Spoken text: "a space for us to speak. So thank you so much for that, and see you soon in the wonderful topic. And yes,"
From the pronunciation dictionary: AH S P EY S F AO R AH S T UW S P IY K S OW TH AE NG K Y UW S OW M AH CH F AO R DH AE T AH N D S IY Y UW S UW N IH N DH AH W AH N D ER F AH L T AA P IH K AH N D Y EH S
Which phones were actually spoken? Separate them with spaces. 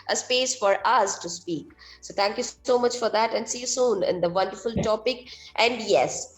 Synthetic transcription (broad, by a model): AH S P EY S F AO R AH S T UW S P IY K S OW T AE NG K Y UW S OW M AH CH F AO R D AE T AH N D S IY Y UW S UW N IH N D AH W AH N D ER F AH L T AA P IH K AH N D Y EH S